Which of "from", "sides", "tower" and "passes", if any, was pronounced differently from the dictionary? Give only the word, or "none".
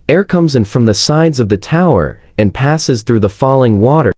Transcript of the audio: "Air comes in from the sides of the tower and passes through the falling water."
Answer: none